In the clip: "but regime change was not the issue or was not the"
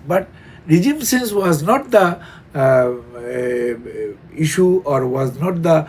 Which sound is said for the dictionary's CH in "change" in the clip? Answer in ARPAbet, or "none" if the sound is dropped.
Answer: S